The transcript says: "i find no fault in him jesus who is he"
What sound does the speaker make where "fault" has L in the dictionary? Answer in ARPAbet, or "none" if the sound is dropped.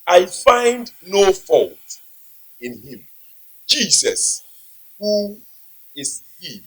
L